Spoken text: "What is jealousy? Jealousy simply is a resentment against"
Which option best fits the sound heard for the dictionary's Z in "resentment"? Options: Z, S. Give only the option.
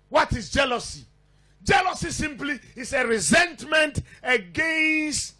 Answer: Z